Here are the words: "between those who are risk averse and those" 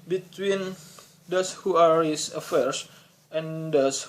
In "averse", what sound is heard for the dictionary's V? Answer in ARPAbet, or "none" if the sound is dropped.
F